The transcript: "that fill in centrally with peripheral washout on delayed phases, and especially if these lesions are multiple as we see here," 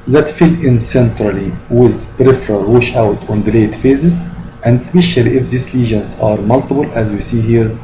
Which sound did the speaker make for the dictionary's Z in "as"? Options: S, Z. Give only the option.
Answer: Z